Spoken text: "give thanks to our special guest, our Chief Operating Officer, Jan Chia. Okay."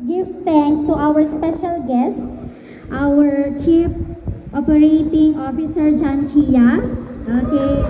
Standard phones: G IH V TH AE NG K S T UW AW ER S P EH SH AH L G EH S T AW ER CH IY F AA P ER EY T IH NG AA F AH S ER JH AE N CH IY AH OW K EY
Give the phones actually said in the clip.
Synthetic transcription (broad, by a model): G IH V T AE NG K S T UW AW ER S P EH SH AH L G EH S T AW ER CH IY P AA P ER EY T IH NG AA F AH S ER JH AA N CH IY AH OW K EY